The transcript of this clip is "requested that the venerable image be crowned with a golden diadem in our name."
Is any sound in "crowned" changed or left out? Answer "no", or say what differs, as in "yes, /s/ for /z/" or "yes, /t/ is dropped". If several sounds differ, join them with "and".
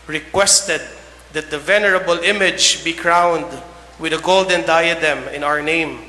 no